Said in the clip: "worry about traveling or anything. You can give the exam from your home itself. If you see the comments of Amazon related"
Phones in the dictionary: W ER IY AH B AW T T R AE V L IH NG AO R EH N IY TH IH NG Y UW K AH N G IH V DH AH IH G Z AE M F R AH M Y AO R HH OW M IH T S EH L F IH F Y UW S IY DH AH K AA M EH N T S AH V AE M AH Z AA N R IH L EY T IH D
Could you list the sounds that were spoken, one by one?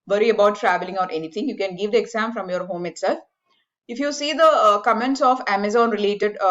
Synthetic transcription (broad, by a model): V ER IY AH B AW T T R AE V L IH NG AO R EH N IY T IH NG Y UW K AH N G IH V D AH IH G Z AE M F R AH M Y AO R HH OW M IH T S EH L F IH F Y UW S IY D AH K AA M EH N T S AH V AE M AH Z AA N R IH L EY T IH D